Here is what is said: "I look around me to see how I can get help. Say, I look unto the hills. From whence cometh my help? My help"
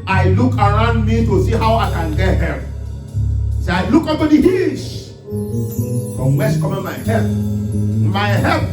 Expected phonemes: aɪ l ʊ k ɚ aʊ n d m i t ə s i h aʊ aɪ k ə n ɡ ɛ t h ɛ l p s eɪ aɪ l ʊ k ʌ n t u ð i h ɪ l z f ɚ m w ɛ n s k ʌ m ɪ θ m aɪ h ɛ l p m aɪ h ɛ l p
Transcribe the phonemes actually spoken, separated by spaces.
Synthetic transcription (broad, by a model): aɪ l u k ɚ aʊ n d m i t ə s i h aʊ aɪ k ə n ɡ ɛ t h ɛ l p s eɪ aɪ l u k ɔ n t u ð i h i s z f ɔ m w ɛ s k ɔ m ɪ m aɪ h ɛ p m aɪ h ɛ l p